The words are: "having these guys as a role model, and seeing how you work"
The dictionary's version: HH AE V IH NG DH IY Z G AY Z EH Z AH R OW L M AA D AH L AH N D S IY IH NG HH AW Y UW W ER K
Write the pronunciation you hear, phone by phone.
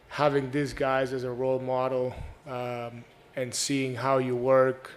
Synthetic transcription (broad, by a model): HH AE V IH NG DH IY S G AY Z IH Z AH R OW L M AA D L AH N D S IY IH NG HH AW Y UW W ER K